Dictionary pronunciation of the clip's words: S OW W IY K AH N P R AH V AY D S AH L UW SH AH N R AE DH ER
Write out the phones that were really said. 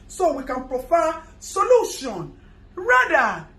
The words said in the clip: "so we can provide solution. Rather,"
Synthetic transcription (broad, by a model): S OW W IY K AH N P R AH F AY S AH L UW SH AH N R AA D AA